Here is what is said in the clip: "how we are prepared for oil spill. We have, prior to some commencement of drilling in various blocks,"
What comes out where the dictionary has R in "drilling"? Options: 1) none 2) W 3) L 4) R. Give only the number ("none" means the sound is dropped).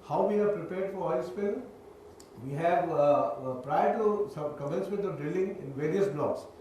4